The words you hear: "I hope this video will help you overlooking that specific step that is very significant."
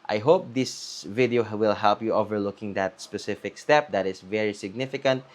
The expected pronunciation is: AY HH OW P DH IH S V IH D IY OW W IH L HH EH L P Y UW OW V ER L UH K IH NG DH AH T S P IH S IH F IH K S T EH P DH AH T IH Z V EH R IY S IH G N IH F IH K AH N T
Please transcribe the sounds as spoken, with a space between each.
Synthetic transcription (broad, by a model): AY HH OW P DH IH S V IH D IY OW W IH L HH EH L P Y UW OW V ER L UH K IH NG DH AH T S P IH S IH F IH K S T EH P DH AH T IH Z V EH R IY S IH G N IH F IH K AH N T